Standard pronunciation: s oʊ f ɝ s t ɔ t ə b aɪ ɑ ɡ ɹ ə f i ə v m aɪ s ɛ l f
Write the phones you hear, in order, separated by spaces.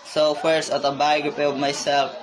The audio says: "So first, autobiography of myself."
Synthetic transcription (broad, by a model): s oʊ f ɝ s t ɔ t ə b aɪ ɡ ə p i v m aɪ s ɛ l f